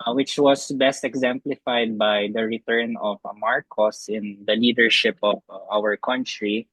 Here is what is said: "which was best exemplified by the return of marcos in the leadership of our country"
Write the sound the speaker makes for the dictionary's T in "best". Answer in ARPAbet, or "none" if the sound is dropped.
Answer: T